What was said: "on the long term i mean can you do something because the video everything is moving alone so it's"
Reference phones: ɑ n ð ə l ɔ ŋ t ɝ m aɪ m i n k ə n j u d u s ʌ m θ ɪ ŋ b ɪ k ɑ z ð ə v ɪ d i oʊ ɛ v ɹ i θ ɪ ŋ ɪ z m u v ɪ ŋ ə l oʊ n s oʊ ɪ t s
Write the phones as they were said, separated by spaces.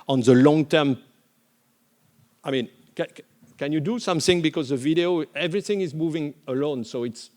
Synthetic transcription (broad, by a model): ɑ n ð ə l ɔ ŋ t ɝ m aɪ m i n k ə n j u d u s ʌ m θ ɪ ŋ b ɪ k ɑ z ð ə v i d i oʊ ɛ v ɹ i θ ɪ ŋ ɪ z m u v ɪ ŋ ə l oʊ n s oʊ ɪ t s